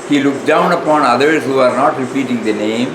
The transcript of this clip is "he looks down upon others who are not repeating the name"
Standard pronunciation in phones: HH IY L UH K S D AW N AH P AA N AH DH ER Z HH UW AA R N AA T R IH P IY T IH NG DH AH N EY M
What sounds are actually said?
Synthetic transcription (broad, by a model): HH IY L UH K D AW N AH P AA N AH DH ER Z HH UW AA R N AA T R IH P IY T IH NG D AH N EY M